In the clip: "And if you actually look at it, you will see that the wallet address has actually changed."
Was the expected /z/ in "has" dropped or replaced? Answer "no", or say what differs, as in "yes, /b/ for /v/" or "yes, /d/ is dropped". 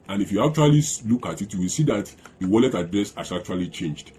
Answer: yes, /s/ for /z/